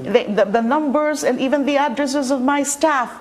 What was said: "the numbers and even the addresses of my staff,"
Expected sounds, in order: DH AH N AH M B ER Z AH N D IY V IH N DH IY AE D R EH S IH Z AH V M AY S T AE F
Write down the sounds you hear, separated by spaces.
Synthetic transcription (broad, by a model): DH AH N AH M B ER Z AH N D IY V IH N DH IY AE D R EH S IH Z AH V M AY S T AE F